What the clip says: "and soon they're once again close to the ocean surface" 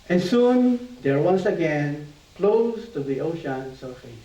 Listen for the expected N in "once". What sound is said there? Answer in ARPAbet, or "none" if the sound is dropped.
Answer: none